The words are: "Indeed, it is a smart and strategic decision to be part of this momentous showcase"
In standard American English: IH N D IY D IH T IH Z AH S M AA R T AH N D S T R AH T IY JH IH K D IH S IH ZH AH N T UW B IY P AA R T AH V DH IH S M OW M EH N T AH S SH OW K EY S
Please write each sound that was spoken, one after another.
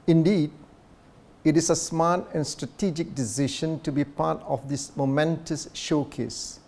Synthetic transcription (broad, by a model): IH N D IY D IH T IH S AH S M AA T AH N S T R AH T IY JH IH K D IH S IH SH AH N T UW B IY P AA T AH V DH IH S M OW M EH N T AH S SH OW K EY S